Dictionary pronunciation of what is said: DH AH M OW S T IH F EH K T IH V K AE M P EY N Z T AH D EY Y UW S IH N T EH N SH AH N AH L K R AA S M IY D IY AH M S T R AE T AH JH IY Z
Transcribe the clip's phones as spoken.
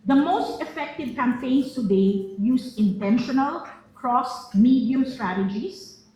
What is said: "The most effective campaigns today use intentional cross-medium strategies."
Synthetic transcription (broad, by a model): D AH M OW S T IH F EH K T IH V K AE M P EY N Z T AH D EY Y UW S IH N T EH N SH AH N AH L K R AA S M IY D IY AH M S T R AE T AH JH IY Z